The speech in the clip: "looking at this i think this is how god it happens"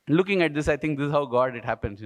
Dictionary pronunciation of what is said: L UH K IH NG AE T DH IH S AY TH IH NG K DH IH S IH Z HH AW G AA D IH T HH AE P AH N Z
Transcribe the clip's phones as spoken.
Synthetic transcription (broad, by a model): L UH K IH NG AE T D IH S AY T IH NG K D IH S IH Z HH AW G AA D IH T HH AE P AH N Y